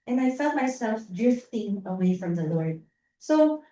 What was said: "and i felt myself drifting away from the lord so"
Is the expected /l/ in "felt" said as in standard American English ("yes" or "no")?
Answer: yes